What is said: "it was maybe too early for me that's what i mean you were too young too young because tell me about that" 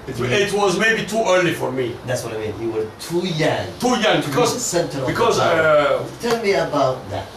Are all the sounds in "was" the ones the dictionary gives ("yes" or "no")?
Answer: yes